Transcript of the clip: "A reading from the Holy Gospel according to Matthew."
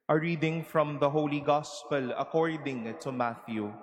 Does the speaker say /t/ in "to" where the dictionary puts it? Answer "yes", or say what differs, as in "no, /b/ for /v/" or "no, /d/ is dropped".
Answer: yes